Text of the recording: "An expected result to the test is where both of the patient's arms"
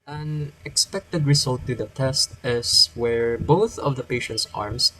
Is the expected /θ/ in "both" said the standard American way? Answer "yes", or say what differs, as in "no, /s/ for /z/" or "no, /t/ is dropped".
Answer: yes